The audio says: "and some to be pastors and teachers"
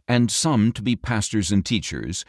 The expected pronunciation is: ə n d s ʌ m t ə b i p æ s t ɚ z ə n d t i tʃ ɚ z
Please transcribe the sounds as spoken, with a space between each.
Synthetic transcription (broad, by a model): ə n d s ʌ m t ə b i p æ s t ɚ z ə n t i tʃ ɚ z